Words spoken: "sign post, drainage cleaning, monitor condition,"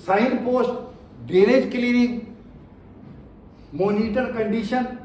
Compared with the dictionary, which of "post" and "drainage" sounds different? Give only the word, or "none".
drainage